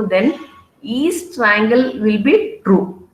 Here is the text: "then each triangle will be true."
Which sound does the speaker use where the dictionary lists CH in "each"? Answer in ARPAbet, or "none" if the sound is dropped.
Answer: S